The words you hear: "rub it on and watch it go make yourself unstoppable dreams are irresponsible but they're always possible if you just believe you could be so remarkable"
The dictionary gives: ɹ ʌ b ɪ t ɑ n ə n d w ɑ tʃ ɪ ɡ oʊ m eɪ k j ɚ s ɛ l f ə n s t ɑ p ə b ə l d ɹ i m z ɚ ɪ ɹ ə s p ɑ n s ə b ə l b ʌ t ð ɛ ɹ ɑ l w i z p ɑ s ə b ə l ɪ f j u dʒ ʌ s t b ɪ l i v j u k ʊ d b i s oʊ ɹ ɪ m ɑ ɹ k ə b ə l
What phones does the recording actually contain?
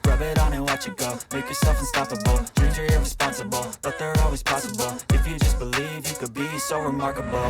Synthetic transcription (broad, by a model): ɹ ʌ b ɪ t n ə w ɑ tʃ ɪ ɡ oʊ m eɪ k j ɚ s ɛ l f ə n s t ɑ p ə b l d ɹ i z ɚ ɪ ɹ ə s p ɑ n s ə b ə l b ʌ t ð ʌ ɹ ɑ l w i z p ɑ s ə b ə l ɪ f j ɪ dʒ ʌ s b ɪ l i v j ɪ k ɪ d b i s oʊ ɹ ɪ m ɑ ɹ k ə b l